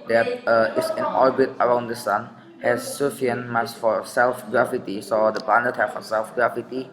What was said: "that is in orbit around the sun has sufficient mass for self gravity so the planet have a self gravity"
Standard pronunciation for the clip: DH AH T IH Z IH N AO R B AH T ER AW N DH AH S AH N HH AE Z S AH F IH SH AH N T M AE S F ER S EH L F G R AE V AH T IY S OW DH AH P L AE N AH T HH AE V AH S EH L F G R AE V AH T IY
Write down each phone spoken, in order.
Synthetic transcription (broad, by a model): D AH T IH S IH N AO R B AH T ER AW N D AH S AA N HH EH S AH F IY AH N M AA S F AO S EH L F G R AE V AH T IY S OW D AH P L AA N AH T HH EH F AH S EH L F G R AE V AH T IY